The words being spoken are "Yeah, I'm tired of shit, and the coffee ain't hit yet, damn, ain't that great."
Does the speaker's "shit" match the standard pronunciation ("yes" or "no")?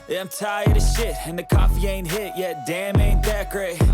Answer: yes